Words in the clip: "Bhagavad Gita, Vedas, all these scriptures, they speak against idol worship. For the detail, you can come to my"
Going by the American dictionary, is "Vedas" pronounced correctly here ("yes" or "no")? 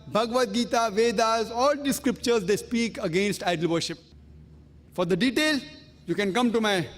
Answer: yes